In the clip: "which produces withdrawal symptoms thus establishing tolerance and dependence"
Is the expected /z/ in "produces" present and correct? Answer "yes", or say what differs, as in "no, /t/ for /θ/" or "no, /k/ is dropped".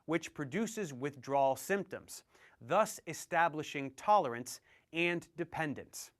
yes